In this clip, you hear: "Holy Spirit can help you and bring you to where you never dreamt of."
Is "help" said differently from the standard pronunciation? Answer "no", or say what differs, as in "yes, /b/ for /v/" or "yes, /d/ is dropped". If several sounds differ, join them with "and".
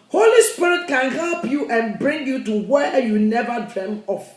no